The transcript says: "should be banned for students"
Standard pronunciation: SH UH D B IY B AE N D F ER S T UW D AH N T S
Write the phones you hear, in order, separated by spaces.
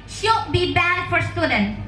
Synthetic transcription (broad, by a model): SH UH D B IY B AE D F ER S T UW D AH N